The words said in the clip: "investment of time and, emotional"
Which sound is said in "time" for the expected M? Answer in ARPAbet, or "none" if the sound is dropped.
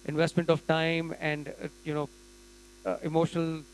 M